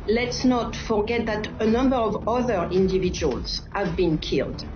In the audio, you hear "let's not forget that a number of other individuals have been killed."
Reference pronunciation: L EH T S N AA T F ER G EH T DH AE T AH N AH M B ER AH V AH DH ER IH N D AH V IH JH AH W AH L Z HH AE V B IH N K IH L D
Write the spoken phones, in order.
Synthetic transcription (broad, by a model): L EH T S N AA T F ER G EH T DH AE T AH N AH M B ER AH V AH DH ER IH N D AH V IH JH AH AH L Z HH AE V B IH N K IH L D